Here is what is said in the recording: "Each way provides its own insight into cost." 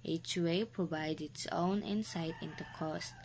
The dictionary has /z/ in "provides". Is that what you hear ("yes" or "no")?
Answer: no